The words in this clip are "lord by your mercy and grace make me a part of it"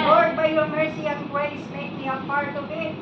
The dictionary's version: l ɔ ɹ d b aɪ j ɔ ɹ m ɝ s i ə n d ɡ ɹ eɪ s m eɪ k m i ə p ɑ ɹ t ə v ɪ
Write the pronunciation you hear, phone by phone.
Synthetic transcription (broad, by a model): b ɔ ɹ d b aɪ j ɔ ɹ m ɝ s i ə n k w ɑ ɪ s m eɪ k m i ə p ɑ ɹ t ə b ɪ